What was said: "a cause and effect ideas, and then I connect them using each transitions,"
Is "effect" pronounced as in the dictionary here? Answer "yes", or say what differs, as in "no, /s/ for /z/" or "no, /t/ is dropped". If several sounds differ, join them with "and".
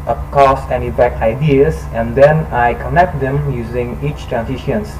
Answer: no, /p/ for /f/